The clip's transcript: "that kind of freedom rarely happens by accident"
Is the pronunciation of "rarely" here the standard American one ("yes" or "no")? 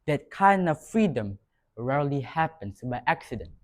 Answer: yes